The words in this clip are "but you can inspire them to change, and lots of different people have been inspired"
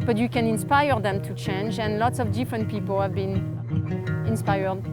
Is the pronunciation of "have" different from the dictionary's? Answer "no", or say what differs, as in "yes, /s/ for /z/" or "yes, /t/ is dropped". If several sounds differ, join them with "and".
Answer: no